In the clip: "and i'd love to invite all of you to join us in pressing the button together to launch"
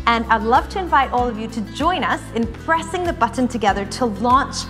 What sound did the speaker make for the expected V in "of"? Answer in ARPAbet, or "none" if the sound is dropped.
V